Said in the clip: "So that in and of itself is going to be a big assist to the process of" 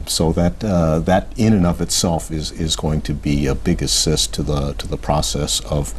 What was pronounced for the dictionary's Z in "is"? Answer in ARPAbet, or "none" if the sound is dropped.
Z